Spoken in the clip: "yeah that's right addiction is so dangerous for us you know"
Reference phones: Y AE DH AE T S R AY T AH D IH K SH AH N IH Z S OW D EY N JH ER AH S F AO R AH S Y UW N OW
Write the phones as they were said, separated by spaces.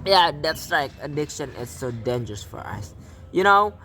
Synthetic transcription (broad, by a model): Y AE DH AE T S L AY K AH D IH K SH AH N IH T S OW D EY N JH ER AH S F AO R AH S Y UW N OW